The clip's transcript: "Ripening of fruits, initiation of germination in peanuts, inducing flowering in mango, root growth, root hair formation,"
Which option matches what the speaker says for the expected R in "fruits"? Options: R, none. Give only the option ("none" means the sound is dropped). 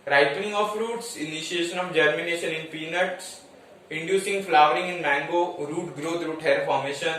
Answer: R